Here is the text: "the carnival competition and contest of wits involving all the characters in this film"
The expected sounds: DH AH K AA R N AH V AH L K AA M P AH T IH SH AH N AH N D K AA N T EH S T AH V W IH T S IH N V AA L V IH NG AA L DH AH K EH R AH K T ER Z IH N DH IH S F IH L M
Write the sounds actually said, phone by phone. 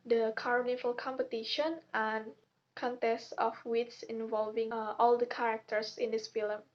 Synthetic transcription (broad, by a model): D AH K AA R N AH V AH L K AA M P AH T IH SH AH N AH N K AA N T EH S T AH F W IH T S IH N V AA L V IH NG AA L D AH K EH R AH K T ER S IH N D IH S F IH L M